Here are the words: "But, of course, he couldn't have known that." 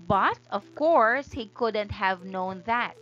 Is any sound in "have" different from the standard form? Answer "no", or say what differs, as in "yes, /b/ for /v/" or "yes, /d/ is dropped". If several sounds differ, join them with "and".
no